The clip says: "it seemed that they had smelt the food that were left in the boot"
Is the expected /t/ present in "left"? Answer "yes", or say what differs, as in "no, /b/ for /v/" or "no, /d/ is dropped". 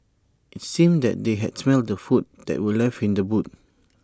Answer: no, /t/ is dropped